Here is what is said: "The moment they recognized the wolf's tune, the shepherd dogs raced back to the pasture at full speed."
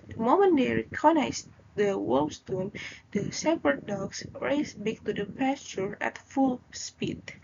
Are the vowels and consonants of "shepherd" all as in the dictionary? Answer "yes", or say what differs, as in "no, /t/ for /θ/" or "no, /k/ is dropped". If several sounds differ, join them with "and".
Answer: no, /s/ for /ʃ/